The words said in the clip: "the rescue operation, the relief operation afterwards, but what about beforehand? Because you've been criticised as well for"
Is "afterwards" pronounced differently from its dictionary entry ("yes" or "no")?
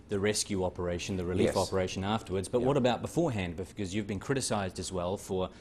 no